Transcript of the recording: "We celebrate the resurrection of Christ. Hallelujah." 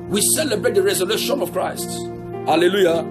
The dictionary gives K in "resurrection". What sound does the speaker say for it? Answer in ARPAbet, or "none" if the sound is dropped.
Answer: none